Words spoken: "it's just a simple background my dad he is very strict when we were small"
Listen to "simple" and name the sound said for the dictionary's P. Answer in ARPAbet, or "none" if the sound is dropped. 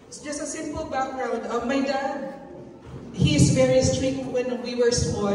P